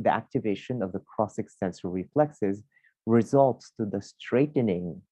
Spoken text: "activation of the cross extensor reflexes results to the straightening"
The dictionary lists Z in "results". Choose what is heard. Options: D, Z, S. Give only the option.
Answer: Z